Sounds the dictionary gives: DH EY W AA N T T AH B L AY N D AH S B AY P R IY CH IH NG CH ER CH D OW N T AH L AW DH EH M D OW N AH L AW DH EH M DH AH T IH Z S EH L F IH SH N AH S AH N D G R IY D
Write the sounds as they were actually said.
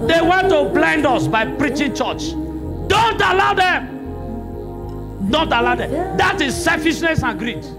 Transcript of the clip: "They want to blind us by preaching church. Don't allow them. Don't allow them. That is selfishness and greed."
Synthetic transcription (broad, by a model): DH EY W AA N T T AH B L AY N D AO S B AY P R IY CH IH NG CH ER CH D OW N T AH L AW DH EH M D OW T AH L AW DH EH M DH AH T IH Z S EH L F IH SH N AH S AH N G R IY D